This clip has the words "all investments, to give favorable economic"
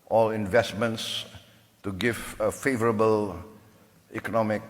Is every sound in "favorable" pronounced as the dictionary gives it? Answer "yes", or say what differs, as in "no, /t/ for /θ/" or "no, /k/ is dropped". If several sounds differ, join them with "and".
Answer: yes